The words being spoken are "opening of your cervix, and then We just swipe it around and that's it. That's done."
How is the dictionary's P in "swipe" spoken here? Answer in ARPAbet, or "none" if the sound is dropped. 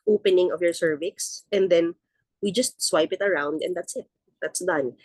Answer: P